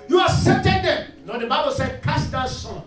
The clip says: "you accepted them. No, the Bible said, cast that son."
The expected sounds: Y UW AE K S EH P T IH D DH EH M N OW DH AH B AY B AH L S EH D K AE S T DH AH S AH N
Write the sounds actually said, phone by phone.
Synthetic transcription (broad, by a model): Y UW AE S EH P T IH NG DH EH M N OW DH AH B AY B AH L S EH D K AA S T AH S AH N